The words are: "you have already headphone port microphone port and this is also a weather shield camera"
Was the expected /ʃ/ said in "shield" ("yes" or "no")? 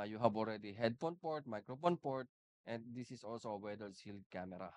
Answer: no